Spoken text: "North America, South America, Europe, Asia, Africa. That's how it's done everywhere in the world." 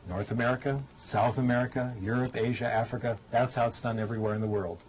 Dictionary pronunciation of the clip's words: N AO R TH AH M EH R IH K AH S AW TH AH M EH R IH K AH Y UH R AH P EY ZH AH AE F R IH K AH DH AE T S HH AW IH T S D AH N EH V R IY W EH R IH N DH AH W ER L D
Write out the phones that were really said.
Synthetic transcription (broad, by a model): N AO R TH AH M EH R IH K AH S AW TH AH M EH R IH K AH Y UH R AH P EY ZH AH AE F R IH K AH DH AE T S HH AW IH T S D AH N EH V R IY W EH R IH N DH AH W ER L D